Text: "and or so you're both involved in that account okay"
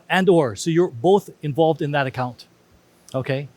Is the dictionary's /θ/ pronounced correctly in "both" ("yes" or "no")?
yes